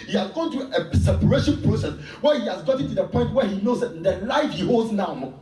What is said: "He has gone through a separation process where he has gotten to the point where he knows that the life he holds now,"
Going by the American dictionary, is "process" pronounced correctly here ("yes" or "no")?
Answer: no